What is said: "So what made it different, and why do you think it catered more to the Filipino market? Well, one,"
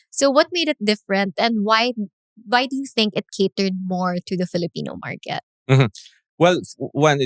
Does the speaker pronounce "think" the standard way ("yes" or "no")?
yes